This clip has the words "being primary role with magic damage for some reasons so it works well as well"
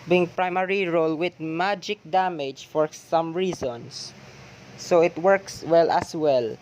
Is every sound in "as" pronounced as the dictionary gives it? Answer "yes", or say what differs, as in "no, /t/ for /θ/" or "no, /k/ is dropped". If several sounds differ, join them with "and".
no, /s/ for /z/